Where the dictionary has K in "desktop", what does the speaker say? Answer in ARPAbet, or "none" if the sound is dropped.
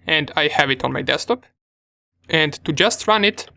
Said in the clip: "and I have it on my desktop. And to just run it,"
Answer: none